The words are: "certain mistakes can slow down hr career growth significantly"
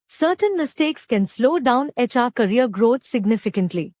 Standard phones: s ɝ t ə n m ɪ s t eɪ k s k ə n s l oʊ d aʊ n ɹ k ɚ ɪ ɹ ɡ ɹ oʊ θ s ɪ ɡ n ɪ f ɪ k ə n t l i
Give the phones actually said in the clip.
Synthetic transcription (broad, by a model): s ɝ t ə n m ɪ s t eɪ k s k ə n s l oʊ d aʊ n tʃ k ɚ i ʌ ɡ ɹ oʊ t s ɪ ɡ n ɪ f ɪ k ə n t l i